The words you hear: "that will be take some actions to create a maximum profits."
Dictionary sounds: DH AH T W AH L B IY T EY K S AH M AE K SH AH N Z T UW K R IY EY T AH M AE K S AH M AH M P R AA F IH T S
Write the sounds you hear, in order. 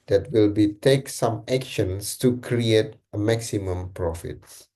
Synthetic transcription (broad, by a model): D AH T W AH L B IY T EY K S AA M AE K SH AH N S T UW K R IY EY T AH M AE K S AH M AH M P R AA F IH T S